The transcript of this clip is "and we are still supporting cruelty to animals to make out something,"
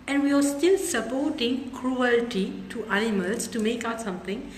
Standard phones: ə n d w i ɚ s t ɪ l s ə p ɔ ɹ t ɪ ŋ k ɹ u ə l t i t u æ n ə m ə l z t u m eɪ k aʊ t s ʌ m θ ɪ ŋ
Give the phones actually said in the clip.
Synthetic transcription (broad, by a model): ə n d w i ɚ s t ɪ l s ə p ɔ t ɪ ŋ k ɹ u ə l t i t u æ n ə m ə l s t u m eɪ k aʊ t s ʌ m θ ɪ ŋ